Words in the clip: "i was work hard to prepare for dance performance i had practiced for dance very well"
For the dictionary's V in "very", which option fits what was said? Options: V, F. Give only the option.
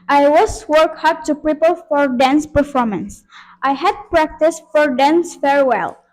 F